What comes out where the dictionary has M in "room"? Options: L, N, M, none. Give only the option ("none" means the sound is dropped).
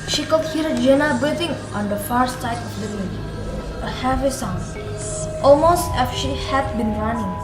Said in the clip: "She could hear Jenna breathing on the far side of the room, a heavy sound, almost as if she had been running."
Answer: none